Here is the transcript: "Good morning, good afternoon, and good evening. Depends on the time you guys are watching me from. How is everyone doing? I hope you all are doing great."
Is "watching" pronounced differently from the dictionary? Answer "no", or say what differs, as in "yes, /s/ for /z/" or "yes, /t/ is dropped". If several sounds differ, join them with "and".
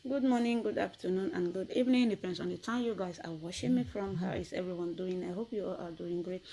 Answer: yes, /ʃ/ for /tʃ/